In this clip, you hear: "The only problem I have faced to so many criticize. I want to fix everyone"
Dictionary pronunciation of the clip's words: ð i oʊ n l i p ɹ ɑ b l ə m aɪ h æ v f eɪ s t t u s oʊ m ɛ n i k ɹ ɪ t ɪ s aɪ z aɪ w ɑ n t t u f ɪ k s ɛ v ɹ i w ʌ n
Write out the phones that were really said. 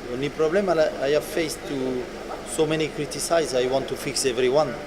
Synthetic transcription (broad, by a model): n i oʊ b l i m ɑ l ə aɪ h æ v f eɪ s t t u s oʊ m ɛ n i k ɹ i t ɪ s aɪ z aɪ w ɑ n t t u f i k s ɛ v ɹ i w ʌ n